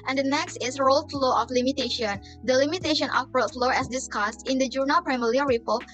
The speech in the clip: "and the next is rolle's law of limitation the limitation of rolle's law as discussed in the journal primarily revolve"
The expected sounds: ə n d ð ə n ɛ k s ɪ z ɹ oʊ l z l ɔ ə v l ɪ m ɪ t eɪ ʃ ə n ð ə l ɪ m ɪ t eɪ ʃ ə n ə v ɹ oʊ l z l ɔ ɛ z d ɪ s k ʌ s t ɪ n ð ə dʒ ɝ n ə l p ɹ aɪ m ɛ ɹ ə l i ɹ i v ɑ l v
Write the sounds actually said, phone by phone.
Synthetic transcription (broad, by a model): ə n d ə n ɛ k s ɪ s ɹ oʊ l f l ɔ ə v l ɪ m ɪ t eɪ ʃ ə n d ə l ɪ m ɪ t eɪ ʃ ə n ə f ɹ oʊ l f l ɔ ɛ s d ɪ s k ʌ s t ɪ n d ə dʒ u n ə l p ɹ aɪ m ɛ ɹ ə i ɹ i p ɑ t